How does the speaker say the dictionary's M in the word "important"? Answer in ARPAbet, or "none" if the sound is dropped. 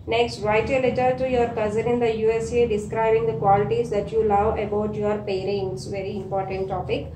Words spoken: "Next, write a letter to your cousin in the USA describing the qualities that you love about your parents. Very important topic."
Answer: M